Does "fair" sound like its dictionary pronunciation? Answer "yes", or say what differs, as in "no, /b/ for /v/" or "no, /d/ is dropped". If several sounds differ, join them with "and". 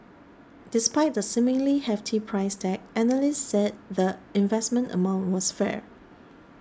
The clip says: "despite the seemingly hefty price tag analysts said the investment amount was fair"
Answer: yes